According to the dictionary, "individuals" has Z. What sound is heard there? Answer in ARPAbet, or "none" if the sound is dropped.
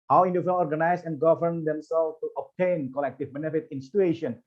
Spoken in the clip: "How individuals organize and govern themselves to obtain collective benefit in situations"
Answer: none